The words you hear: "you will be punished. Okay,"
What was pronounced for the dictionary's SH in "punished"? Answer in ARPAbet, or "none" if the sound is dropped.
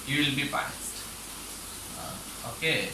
S